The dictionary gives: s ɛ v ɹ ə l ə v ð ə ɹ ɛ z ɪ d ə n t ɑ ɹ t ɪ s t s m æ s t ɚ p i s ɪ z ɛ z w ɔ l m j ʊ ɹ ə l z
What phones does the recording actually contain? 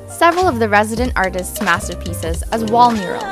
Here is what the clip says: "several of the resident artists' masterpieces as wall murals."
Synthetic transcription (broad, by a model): s ɛ v ɹ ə l ə v ð ə ɹ ɛ z ɪ d ə n t ɑ ɹ t ɪ s t s m æ s t ɚ p i s ɪ z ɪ z w ɔ l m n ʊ ɹ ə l